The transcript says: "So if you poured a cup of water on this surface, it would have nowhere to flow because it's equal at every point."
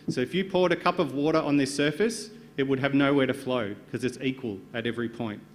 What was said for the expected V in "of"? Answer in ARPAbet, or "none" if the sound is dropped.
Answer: V